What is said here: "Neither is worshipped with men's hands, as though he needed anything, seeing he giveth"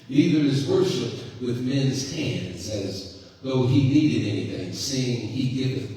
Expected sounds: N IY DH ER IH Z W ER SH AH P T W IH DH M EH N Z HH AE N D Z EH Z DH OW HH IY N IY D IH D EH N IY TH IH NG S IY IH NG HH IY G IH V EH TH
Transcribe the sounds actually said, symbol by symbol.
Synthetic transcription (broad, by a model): N IY DH ER IH Z W ER SH AH P T W IH DH M EH N Z HH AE N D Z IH Z DH OW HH IY N IY D IH D EH N IY TH IH NG S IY IH NG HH IY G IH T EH